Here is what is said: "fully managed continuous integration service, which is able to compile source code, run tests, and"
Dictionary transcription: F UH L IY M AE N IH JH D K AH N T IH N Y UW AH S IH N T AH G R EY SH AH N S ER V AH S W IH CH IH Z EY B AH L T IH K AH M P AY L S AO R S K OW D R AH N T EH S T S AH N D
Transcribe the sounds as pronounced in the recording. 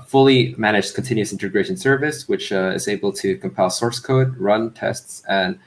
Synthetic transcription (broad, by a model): F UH L IY M AE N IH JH K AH N T IH N Y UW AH S IH N T AH G R EY SH AH N S ER V AH S W IH CH IH Z EY B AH L T IH K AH M P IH L S AO R S K OW D R AH N T EH S T S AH N